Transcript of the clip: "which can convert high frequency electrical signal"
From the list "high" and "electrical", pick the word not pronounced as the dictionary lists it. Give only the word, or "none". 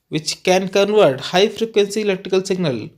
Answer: electrical